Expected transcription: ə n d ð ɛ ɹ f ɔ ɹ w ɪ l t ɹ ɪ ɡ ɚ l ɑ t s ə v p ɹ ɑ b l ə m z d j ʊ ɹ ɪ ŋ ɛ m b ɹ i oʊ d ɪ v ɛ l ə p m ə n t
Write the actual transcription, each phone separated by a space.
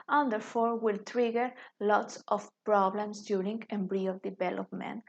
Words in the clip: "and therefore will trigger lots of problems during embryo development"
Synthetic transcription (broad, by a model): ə n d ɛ ɹ f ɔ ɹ w ɪ l t ɹ ɪ ɡ ɚ l ɑ t s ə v p ɹ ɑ b l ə m s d j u ɹ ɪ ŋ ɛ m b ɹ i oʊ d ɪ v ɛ l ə p m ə n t